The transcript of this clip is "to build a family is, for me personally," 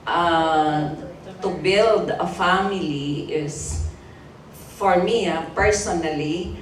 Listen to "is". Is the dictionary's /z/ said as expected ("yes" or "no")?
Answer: no